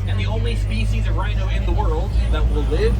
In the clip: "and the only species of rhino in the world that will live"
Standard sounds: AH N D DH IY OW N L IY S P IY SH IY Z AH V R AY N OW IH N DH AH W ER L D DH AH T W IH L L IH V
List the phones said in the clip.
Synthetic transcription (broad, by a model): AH N DH IY OW N L IY S P IY SH IY Z AH V R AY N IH IH N DH AH W ER L D DH AH T W IH L L IH V